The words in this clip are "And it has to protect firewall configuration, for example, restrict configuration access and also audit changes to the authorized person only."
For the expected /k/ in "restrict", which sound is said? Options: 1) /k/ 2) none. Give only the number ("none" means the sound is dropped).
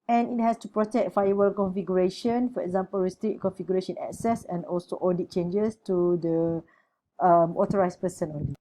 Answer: 2